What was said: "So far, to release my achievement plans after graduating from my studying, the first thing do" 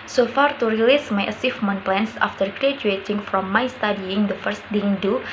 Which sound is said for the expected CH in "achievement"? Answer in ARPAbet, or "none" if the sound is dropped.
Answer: S